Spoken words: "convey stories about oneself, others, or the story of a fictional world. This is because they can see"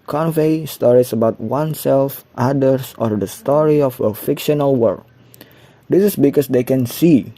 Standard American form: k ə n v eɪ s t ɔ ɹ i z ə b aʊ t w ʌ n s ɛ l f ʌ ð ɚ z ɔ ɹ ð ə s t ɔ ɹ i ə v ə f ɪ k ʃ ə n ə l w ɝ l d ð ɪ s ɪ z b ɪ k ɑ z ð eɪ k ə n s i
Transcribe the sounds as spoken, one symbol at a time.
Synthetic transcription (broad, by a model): k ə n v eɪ s t ɔ ɹ i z ə b aʊ t w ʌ n s ɛ l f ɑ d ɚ s ɔ ɹ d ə s t ɔ ɹ i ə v ə f ɪ k ʃ ə n ə l w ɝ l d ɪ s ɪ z b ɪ k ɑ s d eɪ k ə n s i